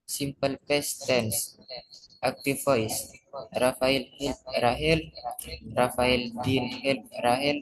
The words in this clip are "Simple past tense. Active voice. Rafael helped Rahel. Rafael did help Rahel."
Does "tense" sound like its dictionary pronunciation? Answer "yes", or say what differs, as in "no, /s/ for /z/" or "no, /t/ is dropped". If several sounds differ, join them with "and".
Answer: yes